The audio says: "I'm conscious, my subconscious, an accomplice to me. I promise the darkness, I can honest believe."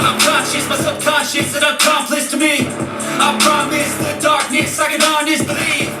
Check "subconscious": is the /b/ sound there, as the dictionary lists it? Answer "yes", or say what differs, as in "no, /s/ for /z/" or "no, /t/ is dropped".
no, /b/ is dropped